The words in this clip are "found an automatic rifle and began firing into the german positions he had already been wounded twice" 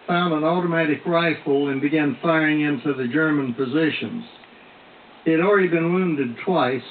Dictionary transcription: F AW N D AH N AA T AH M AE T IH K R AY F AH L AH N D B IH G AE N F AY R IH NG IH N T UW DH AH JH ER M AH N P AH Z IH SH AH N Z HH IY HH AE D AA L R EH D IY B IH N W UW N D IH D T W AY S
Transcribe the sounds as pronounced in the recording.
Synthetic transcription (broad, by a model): F AW N D AH N AA T AH M AE T IH K R AY F L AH N B IH G AE N F AY R IH NG IH N T UW DH AH JH ER M AH N P AH Z IH SH AH N Z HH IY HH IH D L R EH D IY B IH N W UW N D IH D T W AY S